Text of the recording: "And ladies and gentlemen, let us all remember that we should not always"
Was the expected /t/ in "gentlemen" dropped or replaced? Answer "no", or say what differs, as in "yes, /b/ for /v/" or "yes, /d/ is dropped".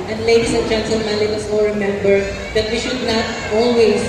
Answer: yes, /s/ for /t/